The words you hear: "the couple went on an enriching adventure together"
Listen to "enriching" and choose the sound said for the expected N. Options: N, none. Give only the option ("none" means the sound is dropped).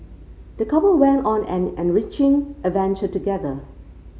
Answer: N